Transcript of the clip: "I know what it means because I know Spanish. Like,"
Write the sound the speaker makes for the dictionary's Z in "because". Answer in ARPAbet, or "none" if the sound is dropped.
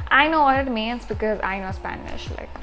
Z